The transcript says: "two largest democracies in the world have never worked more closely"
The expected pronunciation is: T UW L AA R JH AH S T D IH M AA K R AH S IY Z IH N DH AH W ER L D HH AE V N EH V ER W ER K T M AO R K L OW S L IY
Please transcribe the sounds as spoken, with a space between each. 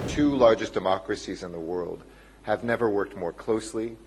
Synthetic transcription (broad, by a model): T UW L AA R JH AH S D IH M AA K R AH S IY Z IH N DH AH W ER L D HH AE V N EH V ER W ER K T M AO R K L OW S L IY